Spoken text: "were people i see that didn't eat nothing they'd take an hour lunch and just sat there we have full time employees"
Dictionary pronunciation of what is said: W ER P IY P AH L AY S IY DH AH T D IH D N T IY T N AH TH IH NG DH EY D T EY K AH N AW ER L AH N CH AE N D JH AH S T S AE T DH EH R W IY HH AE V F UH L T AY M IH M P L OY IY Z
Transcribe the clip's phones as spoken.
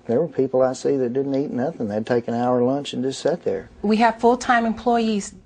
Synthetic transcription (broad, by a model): W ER P IY P L AY S IY DH AH T D IH D N T IY T N AH TH IH NG DH EY D T EY K AH N AW ER L AH N CH N JH AH S T S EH T DH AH R W IY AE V F UH L T AY M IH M P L OY IY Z